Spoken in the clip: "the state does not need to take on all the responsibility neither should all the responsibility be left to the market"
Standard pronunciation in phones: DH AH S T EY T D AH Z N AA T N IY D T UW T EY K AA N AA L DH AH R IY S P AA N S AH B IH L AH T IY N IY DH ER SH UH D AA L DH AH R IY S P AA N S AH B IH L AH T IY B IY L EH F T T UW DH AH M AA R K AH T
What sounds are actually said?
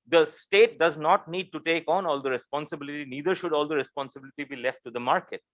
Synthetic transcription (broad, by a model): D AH S T EY T D AH Z N AA T N IY D T UW T EY K AA N AA L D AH R IY S P AA N S AH B IH L AH T IY N IY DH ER SH UH D AA L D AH R IY S P AA N S AH B IH L AH T IY B IY L EH F T T UW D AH M AA R K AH T